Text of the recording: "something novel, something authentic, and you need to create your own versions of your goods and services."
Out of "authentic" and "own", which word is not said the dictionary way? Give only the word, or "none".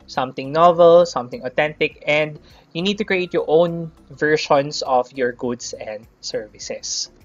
authentic